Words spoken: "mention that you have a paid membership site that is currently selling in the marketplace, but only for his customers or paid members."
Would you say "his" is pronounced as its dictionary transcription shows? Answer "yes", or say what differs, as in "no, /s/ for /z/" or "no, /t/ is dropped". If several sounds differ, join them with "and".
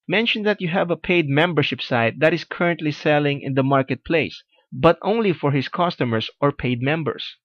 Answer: no, /s/ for /z/